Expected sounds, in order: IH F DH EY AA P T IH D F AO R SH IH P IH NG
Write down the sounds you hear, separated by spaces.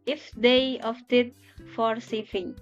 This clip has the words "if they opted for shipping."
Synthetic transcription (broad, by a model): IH F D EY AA F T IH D F AO R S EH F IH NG